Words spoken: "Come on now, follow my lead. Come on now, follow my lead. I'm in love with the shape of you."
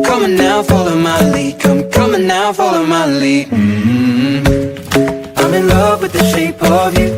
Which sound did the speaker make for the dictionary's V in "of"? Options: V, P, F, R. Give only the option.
V